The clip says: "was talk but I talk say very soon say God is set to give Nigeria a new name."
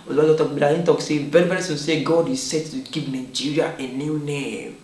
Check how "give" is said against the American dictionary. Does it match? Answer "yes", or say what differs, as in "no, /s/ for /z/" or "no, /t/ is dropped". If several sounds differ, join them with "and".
no, /p/ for /v/